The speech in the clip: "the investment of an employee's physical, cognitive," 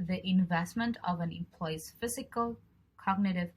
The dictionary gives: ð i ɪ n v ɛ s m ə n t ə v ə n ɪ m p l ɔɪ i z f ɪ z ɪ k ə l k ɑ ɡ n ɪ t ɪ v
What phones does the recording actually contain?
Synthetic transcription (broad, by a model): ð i ɪ n v ɛ s m ə n t ə v ə n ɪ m p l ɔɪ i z f ɪ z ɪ k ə l k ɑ ɡ n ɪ t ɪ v